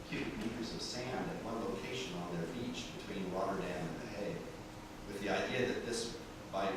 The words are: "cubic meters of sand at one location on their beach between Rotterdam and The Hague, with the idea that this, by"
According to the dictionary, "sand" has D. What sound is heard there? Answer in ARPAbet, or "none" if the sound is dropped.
D